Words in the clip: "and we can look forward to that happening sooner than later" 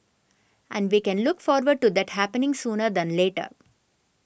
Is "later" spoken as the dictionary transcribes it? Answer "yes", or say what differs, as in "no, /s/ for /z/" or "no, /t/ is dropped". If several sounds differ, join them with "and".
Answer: yes